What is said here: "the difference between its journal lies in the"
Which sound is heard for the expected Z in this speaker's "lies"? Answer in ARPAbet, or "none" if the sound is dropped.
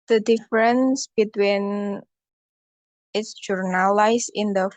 S